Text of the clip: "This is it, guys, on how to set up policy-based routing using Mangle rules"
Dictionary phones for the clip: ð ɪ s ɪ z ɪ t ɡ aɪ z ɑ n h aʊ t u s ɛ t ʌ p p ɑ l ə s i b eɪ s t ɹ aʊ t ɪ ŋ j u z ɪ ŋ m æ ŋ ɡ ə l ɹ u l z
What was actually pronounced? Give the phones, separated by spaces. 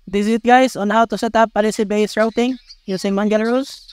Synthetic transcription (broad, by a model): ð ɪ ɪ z ɪ t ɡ aɪ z ɑ n h aʊ t u s ɛ t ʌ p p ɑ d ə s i b eɪ s t ɹ aʊ t ɪ ŋ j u s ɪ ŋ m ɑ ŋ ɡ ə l ɹ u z